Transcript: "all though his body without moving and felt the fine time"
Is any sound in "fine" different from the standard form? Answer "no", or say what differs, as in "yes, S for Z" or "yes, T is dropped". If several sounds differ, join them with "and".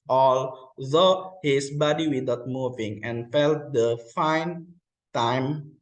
no